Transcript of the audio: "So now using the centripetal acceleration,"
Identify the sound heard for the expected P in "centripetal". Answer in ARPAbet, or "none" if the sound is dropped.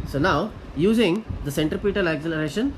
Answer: P